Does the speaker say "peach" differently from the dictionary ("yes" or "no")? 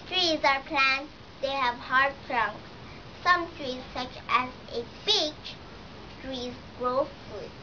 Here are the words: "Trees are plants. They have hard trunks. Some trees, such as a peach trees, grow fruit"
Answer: yes